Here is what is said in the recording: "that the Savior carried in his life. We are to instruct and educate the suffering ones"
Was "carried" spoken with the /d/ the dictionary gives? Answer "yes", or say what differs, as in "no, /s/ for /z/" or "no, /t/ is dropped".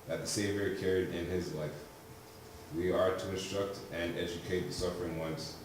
yes